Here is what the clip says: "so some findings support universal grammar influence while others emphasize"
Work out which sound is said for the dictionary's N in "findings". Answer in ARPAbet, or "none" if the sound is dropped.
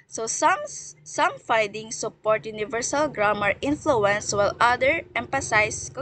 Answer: none